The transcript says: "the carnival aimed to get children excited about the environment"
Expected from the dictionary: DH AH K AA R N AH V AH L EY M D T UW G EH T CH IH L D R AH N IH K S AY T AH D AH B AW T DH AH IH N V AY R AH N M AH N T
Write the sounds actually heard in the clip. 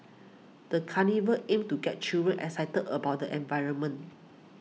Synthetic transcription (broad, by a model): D AH K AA N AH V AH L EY M T UW G EH T CH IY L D R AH N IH S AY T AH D AH B AW T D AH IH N V AY R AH N M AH N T